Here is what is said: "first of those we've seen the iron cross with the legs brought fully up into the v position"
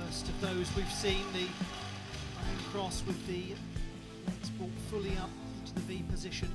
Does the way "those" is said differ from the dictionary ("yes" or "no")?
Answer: no